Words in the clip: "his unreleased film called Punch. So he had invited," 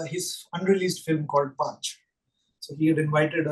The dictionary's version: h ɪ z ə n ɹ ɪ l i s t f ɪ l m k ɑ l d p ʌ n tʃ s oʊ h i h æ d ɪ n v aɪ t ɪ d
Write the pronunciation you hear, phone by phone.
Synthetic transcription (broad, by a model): h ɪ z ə n ɹ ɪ l i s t f ɪ l m k ɑ l d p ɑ tʃ s oʊ h i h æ d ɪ n v aɪ t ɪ d